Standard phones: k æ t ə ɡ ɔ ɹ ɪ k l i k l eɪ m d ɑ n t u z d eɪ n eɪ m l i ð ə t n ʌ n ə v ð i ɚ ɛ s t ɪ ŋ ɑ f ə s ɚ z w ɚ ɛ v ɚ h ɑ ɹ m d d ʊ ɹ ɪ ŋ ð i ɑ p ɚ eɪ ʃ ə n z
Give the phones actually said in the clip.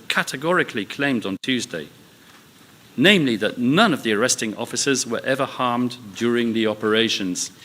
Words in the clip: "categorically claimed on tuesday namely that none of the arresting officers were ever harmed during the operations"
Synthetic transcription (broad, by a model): k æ t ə ɡ ɔ ɹ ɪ k l i k l eɪ m d n t u z d eɪ n eɪ m l i ð ə t n ʌ n ə v ð i ɚ ɛ s t ɪ ŋ ɑ f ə s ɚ z w ɚ ɛ v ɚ h ɑ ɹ m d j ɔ ɹ ɪ ŋ ð i ɑ p ɚ eɪ ʃ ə n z